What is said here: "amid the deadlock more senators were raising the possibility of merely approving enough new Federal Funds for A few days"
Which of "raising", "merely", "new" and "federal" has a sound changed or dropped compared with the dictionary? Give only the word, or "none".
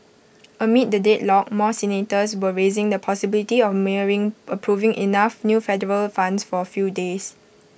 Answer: merely